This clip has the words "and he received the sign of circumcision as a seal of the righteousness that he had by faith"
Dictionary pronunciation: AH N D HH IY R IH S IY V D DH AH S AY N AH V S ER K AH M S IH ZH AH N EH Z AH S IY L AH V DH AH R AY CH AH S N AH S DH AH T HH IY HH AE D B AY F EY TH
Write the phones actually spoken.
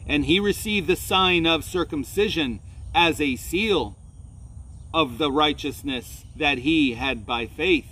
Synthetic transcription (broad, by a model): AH N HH IY R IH S IY V DH AH S AY N AH V S ER K AH M S IH ZH AH N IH Z AH S IY L AH V DH AH R AY CH AH S N AH S DH AH T HH IY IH D B AY F EY TH